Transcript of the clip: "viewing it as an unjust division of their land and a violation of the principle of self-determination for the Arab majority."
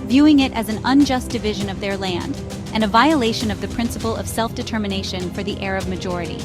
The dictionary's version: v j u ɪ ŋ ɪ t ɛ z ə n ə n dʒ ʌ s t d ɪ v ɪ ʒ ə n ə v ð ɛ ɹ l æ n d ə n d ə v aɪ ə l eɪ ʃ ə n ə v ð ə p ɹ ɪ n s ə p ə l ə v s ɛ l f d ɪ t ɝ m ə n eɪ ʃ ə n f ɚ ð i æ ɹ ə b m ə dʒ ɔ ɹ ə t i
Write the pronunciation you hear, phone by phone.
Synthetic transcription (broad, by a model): v j u ɪ ŋ ɪ t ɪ z n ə n dʒ ʌ s d ɪ v ɪ ʒ ə n ə v ð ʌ ɹ l æ n d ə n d ə v aɪ ə l eɪ ʃ ə n ə v ð ə p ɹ ɪ n s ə p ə l ə v s ɛ l f d ɪ t ɝ m ə n eɪ ʃ ə n f ɚ ð i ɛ ɹ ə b m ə dʒ ɔ ɹ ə t i